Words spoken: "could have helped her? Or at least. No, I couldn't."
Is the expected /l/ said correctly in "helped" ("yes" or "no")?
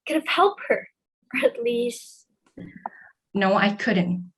yes